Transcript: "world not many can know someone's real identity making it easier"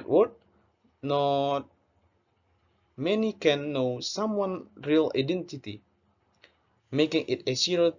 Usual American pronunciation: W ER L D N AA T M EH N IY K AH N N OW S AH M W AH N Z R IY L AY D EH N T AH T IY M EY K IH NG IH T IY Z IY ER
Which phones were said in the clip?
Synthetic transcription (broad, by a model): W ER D N AA T M EH N IY K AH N N OW S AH M W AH N R IY L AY D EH N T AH T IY M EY K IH NG IH T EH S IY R